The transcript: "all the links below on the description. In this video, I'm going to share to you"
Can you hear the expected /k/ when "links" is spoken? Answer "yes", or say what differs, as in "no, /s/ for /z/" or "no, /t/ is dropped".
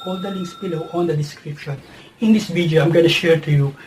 no, /k/ is dropped